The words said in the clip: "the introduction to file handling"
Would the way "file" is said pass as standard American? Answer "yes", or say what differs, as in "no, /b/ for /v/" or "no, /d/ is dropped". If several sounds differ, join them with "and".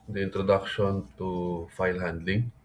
yes